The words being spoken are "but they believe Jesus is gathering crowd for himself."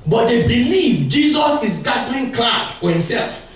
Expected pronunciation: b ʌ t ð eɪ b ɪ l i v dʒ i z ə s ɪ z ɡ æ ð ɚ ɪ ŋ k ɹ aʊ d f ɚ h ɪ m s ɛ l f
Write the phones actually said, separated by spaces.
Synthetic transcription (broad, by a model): b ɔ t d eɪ b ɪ l i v dʒ i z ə s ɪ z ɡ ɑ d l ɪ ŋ k l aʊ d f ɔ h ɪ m s ɛ l f